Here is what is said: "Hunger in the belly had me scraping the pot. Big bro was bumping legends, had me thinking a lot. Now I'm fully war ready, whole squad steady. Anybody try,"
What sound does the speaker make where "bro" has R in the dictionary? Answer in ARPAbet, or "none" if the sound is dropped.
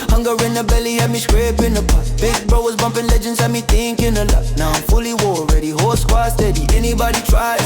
R